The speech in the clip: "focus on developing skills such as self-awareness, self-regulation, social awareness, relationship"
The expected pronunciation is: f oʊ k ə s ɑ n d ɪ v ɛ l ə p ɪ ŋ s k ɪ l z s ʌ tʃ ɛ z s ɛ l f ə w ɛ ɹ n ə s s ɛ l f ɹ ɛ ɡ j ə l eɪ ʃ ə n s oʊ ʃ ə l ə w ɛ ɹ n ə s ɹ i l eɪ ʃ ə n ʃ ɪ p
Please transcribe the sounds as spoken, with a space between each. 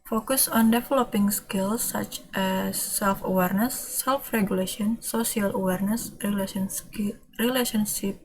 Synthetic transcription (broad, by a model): f oʊ k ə s ɑ n d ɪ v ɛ l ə p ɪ ŋ s k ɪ l s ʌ tʃ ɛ s ɛ l f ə w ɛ ɹ n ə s s ɛ l f ɹ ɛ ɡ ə l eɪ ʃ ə n s oʊ s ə l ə w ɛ ɹ n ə s ɹ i l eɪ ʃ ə n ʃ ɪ p